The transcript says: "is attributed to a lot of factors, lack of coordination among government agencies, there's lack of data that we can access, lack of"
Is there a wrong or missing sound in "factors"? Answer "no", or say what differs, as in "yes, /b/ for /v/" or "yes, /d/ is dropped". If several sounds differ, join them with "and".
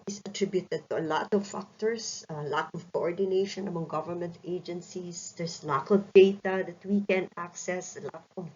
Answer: yes, /s/ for /z/